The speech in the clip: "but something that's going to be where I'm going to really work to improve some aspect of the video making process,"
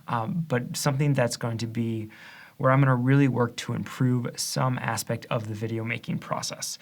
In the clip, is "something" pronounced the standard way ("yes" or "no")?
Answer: yes